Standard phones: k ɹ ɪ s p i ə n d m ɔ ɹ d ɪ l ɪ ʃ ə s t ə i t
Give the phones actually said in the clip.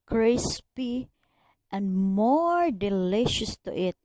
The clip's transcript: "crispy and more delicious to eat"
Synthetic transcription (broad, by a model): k ɹ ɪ s p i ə n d m ɔ ɹ d ɪ l ɪ ʃ ə s t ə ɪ t